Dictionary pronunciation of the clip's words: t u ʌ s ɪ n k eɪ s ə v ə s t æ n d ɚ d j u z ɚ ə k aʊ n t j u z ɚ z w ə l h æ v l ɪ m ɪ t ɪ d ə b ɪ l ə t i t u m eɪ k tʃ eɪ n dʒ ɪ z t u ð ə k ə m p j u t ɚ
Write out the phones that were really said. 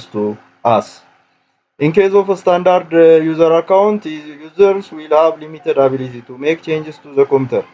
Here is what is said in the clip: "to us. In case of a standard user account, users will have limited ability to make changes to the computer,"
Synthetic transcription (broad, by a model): t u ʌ s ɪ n k eɪ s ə f ə s t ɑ n d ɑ d j u z ɚ ə k aʊ n t j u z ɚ s w ə l h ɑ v l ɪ m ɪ t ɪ d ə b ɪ l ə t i t u m eɪ k tʃ eɪ n dʒ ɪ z t u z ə k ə m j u t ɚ